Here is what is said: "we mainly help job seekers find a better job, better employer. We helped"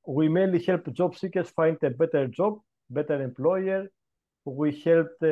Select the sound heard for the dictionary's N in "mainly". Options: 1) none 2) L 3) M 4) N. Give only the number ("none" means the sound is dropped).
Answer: 1